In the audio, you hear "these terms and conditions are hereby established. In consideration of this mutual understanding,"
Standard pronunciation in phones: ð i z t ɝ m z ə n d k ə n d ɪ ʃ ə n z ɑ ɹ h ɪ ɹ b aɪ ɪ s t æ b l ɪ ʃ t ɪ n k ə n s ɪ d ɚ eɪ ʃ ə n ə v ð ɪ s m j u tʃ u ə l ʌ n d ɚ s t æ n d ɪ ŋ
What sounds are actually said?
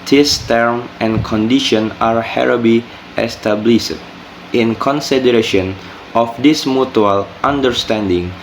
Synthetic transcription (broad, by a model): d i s t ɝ m ə n k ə n d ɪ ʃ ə n ɑ ɹ h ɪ ɹ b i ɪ s t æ b l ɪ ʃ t ɪ n k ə n s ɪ d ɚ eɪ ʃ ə n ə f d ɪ s m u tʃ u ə l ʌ n d ɚ s t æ n d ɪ ŋ